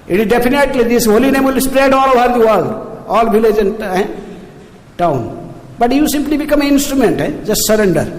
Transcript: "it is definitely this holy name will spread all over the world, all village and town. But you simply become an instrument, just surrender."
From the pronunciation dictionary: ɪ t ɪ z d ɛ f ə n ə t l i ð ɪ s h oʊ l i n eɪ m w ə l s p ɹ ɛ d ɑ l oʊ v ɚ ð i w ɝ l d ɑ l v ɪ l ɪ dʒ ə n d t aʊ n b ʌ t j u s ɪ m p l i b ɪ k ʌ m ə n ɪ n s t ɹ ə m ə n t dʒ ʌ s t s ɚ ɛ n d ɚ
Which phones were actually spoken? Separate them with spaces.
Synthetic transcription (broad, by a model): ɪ t ɪ z d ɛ p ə n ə t l i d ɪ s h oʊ l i n eɪ m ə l s p ɹ ɛ d ɑ l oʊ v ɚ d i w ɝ l d ɑ l b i l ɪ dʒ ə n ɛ t aʊ n b ʌ t j u s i m p l i b ɪ k ʌ m ə n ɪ n s t ɹ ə m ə n t dʒ ʌ s t s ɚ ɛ n d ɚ